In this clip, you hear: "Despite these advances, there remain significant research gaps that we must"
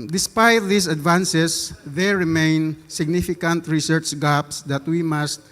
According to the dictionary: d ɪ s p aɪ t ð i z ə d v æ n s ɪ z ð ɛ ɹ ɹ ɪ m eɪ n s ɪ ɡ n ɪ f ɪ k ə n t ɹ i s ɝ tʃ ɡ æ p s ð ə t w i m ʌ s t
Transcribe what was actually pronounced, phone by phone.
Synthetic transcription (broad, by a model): d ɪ s p aɪ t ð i s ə d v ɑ n s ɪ s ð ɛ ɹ ɹ ɪ m eɪ n s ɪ ɡ n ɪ f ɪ k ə n t ɹ i s ɝ tʃ ɡ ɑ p s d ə t w i m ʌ s t